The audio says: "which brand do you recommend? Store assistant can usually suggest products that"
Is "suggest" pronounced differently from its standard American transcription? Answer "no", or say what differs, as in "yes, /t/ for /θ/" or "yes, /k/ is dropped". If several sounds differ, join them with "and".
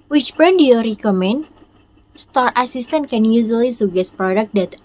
yes, /dʒ/ is dropped